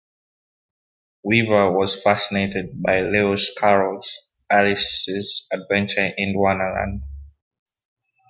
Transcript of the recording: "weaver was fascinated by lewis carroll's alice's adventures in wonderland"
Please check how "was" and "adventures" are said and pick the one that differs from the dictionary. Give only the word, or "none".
adventures